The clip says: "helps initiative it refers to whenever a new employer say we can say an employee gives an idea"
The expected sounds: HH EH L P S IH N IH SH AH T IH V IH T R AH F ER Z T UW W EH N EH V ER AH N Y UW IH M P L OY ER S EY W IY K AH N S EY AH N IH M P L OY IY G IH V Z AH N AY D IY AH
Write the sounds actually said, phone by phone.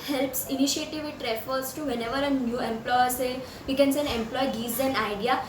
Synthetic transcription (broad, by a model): HH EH L P S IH N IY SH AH T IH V IH T R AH F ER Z T UW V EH N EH V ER AH N Y UW IH M P L OY ER S EY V IY K AH N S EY AH N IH M P L OY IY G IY Z AH N AY D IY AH